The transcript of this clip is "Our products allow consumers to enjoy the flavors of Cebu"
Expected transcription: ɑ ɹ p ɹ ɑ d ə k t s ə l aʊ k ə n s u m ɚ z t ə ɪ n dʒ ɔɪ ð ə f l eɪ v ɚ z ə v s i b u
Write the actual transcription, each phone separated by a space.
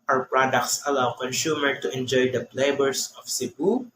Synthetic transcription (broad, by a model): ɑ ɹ p ɹ ɑ d ə k t s ə l aʊ k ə n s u m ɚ t ə ɪ n dʒ ɔɪ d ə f l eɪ b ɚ s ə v s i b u